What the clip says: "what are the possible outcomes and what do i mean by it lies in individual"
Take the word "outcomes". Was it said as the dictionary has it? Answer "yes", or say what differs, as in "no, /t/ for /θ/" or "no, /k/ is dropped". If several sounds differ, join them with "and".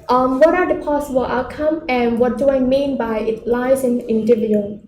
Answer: no, /z/ is dropped